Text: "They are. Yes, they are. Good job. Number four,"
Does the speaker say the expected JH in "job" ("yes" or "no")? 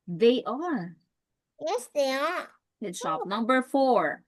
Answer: no